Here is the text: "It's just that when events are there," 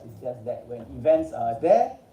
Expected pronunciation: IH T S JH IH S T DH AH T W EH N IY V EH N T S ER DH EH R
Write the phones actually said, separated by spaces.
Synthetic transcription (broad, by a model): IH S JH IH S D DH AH T W EH N IY V EH N T S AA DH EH